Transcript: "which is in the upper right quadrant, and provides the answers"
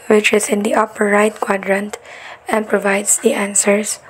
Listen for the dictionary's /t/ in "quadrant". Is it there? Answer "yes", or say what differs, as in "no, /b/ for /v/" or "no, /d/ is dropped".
yes